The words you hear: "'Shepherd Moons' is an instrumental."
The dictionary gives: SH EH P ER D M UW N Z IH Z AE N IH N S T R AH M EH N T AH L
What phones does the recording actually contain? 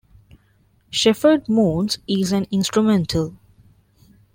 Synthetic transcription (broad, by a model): SH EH F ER D M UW N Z IH Z AE N IH N S T R AH M EH N T AH L